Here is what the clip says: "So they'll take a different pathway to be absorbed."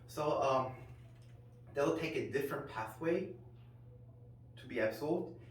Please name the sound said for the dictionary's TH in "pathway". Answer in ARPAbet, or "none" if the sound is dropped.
TH